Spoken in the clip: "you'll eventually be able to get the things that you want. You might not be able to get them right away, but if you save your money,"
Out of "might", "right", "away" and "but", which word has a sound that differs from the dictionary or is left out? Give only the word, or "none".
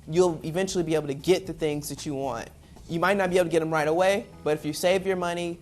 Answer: none